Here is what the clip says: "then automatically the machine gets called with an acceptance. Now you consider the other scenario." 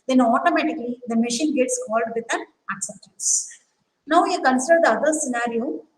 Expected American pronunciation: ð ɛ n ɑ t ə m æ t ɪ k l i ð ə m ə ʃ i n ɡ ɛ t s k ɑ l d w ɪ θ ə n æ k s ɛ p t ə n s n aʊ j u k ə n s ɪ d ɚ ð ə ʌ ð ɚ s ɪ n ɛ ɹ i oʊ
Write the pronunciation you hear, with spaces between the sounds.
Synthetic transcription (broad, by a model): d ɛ n ɑ t ə m æ t ɪ k l i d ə m ə ʃ i n ɡ ɛ t s k ɑ l d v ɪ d ə n æ k s ɛ p t ə n s n aʊ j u k ə n s ɪ d ɚ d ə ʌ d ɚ s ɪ n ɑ ɹ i oʊ